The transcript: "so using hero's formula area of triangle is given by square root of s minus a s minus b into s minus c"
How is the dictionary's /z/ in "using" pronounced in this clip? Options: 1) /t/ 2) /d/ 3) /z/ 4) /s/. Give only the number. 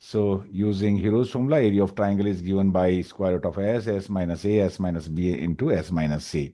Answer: 3